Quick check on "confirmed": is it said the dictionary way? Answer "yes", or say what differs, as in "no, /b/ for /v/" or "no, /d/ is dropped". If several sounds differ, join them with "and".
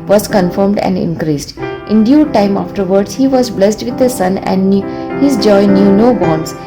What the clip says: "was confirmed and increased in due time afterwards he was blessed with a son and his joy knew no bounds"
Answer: yes